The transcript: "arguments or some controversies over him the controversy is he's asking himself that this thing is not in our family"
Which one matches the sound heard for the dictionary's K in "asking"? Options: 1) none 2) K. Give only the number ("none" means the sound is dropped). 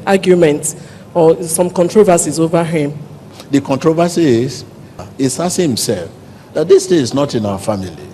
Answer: 1